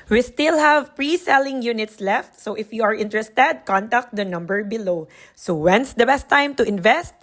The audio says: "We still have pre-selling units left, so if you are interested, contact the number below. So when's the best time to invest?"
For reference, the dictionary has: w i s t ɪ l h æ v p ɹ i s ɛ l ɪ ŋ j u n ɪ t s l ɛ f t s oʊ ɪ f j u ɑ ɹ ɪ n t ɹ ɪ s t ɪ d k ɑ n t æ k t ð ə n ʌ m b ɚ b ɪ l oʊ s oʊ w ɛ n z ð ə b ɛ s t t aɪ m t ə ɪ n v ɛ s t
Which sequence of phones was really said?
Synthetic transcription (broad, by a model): w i s t ɪ l h æ v p ɹ i s ɛ l ɪ ŋ j u n ɪ t s l ɛ f t s oʊ ɪ f j u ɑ ɹ ɪ n t ɹ ɪ s t ɪ d k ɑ n t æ k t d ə n ʌ m b ɚ b ɪ l oʊ s oʊ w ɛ n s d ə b ɛ s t t aɪ m t ə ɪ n v ɛ s t